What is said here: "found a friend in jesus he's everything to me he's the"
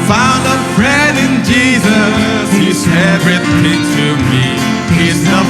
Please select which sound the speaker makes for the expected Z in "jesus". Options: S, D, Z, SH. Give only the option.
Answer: Z